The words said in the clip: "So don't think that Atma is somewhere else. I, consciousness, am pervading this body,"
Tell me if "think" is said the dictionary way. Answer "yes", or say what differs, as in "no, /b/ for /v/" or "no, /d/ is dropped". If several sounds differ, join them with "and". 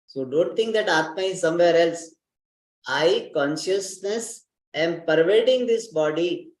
no, /t/ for /θ/